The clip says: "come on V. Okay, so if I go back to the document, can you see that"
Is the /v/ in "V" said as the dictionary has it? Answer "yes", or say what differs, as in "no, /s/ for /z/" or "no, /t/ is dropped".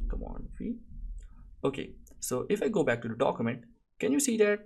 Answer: no, /f/ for /v/